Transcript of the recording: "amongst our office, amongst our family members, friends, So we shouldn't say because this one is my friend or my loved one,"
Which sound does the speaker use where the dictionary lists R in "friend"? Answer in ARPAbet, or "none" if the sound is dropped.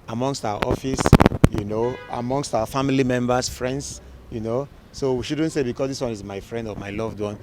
R